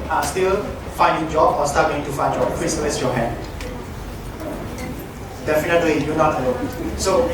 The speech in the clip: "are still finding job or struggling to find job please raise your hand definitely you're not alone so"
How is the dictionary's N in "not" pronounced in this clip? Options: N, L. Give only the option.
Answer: N